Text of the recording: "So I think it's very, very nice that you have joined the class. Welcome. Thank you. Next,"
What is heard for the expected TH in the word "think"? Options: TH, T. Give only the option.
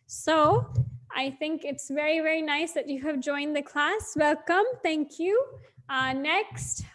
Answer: TH